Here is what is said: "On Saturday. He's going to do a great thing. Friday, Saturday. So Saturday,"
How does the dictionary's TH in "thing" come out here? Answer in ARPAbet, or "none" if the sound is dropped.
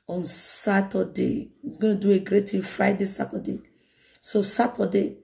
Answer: T